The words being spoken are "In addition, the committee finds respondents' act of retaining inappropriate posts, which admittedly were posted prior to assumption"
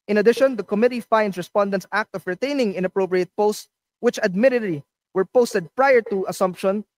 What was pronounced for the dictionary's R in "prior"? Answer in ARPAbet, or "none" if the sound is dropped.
R